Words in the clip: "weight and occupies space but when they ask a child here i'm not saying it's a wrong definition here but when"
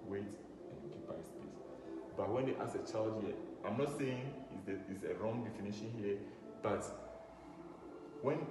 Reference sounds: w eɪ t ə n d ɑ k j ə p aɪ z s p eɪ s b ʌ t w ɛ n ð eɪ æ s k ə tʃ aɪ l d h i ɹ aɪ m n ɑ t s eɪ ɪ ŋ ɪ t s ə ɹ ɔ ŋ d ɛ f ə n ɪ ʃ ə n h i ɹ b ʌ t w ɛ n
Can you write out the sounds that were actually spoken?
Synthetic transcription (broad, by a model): w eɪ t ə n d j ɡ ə b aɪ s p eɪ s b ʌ t w ɛ n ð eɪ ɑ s ə tʃ aɪ l d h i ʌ aɪ m n ɑ t s eɪ ɪ ŋ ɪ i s ə ɹ ɔ ŋ d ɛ f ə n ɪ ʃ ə n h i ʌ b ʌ t w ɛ n